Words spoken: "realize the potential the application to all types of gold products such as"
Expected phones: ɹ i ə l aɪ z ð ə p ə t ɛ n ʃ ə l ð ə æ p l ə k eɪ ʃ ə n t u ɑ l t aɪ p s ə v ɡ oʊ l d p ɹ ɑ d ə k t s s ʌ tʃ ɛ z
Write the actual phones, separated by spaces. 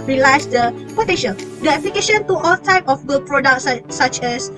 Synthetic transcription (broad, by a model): ɹ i l aɪ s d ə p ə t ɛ ʃ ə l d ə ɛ p l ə k eɪ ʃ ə n t u ɑ l t aɪ p ə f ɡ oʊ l p ɹ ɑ d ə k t s s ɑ tʃ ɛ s